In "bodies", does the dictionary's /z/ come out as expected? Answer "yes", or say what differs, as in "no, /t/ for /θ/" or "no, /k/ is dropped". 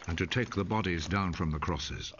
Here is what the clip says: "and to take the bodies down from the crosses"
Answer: yes